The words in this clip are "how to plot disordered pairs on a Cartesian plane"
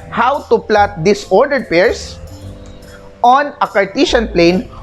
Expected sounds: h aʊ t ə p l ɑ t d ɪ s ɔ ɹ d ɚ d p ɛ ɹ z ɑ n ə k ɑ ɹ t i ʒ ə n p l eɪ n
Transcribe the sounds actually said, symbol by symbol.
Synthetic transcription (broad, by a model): h aʊ t ə p l ɑ t d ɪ s ɔ ɹ d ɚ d p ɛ ɹ s ɑ n ə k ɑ ɹ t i ʃ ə n p l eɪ n